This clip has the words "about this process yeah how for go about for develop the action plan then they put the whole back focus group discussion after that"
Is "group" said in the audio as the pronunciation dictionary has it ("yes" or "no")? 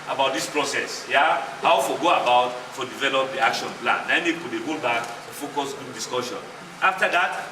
no